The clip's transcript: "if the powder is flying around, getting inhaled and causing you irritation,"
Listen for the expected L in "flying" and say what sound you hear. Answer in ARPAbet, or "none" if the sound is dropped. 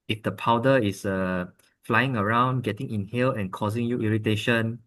L